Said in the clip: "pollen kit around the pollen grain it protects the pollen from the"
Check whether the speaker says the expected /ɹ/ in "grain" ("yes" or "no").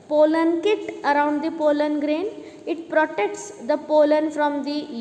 yes